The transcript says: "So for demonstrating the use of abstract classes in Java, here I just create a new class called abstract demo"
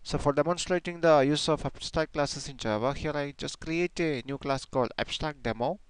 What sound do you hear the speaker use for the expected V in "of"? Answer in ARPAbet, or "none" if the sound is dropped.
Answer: F